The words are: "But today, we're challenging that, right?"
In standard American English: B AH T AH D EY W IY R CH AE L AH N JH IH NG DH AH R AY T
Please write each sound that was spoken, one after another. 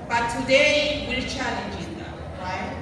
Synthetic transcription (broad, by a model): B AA T AH D EY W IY L CH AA L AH N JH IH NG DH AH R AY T